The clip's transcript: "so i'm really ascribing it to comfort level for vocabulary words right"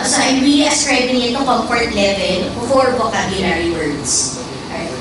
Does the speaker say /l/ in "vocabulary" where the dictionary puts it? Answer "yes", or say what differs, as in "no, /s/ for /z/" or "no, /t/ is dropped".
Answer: no, /n/ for /l/